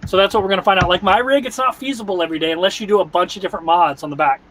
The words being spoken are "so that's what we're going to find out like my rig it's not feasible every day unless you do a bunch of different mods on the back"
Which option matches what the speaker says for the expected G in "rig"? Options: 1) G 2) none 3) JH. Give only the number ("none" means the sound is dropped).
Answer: 1